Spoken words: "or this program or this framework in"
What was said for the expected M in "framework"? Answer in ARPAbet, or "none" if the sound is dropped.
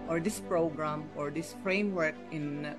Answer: M